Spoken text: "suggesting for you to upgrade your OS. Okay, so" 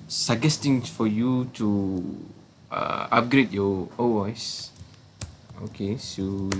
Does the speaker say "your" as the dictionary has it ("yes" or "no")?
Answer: no